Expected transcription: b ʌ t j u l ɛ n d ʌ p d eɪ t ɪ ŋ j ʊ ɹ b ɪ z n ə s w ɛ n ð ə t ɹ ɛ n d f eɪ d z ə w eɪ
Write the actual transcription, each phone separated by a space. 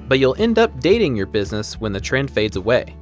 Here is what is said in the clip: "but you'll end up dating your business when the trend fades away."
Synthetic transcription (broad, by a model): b ʌ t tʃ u l ɛ n d ʌ p d eɪ t ɪ ŋ j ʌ ɹ b ɪ z n ə s w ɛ n ð ə t ɹ ɛ n d f eɪ d z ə w eɪ